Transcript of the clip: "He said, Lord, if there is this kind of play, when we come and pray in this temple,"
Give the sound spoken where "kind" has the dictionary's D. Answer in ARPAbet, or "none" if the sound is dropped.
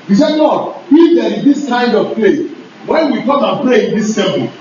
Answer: D